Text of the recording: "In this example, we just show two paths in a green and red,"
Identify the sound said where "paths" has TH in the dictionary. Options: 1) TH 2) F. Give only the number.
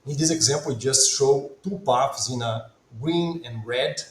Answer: 2